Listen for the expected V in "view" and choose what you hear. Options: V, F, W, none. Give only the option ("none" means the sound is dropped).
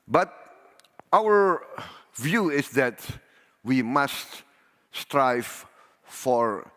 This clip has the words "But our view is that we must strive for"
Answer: V